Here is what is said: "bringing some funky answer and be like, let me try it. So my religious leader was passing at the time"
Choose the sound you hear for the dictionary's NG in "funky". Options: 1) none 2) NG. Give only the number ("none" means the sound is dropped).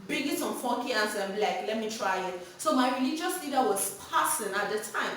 1